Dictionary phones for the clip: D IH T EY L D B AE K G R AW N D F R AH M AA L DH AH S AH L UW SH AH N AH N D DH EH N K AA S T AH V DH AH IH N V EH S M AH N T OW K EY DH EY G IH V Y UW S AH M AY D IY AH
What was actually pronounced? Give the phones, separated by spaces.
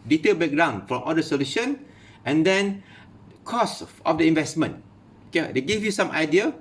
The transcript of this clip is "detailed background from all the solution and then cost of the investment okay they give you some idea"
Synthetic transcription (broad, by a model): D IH T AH B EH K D AW N F R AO M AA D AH S AH L UW SH AH N AH N D EH N K AA S AH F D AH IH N V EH S M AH N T OW K EY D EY G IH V Y UW S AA M AY D IY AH